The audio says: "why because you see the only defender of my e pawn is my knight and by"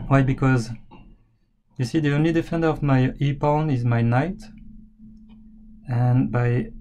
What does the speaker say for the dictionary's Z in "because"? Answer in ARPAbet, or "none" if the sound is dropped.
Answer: Z